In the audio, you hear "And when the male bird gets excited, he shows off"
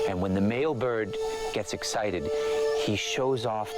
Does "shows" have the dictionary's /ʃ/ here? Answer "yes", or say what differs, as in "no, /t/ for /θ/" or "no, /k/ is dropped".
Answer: yes